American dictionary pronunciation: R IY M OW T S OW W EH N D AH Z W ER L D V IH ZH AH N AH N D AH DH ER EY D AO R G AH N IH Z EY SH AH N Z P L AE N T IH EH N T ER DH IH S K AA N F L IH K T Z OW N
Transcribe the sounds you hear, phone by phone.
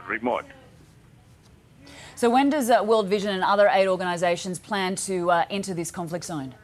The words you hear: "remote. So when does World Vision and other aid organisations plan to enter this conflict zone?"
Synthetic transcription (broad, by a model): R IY M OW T S OW W EH N D AH Z W ER L D V IH ZH AH N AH N AH DH ER EY D AO R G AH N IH Z EY SH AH N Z P L AE N T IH EH N T ER DH IH S K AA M F L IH K T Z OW N